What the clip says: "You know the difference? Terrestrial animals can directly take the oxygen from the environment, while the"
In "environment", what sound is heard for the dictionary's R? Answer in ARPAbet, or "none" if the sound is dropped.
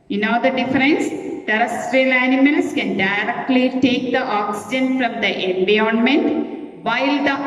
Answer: none